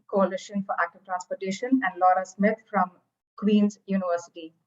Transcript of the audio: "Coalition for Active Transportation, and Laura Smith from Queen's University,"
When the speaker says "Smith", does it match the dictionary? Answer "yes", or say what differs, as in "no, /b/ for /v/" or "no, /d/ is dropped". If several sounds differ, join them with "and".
no, /t/ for /θ/